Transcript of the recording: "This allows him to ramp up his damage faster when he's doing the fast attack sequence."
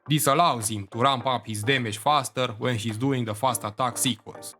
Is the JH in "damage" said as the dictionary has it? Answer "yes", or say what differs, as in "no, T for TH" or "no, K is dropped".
no, SH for JH